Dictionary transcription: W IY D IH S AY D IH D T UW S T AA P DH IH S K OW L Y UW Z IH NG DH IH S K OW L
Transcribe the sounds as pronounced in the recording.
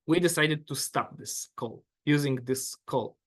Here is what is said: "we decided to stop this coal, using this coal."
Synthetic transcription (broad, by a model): W IY D IH S AY D IH D T UW S T AA P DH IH S K OW L Y UW Z IH NG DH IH S K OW L